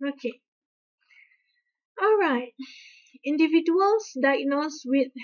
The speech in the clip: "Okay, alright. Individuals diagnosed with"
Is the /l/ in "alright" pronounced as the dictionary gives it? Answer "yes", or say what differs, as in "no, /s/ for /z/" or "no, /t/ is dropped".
yes